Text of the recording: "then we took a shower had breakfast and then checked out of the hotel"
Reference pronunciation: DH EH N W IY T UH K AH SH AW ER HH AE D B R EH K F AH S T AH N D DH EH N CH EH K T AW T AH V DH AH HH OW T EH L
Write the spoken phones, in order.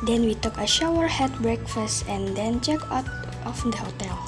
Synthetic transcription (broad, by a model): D EH N W IY T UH K AH SH AW ER HH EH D B R EH K F AH S T AH N D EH N CH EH K AW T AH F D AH HH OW T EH L